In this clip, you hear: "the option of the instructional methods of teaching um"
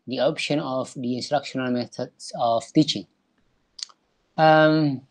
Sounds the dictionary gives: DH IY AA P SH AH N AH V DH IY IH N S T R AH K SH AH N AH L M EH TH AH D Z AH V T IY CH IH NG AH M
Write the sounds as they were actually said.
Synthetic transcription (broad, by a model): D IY AA P SH AH N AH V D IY IH N S T R AH K SH AH N AH L M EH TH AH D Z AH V T IY CH IH NG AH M